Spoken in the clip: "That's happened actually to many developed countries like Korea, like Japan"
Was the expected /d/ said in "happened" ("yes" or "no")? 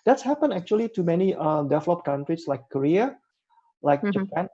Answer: no